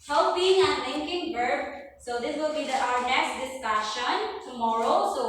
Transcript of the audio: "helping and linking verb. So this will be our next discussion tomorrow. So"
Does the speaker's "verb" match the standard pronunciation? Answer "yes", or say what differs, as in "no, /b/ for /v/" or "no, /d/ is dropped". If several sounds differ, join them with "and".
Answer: no, /b/ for /v/